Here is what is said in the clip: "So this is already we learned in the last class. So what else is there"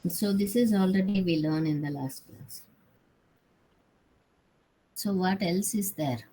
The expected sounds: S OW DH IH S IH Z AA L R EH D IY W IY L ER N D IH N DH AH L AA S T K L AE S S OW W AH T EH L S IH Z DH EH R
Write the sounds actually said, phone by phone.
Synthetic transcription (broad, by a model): S OW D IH S IH Z AA L R EH D IY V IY L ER N IH N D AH L AA S T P L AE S S OW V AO T EH L S IH Z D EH R